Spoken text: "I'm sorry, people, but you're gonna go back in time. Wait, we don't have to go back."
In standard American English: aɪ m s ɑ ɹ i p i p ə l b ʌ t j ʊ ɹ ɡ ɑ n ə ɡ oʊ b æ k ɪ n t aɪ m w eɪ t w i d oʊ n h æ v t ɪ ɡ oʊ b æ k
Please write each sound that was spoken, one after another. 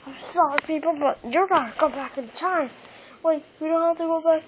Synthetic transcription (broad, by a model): aɪ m s ɑ ɹ i p i p l b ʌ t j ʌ ɹ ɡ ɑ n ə ɡ oʊ b æ k ɪ n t aɪ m w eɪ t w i d oʊ n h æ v t ɪ ɡ oʊ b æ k